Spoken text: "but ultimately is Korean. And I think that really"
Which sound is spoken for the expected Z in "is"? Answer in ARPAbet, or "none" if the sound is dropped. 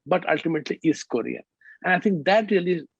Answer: S